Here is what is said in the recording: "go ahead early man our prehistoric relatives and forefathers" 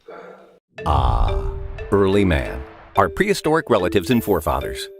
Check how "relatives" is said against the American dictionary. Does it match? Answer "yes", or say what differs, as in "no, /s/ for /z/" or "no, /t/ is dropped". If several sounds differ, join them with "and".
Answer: yes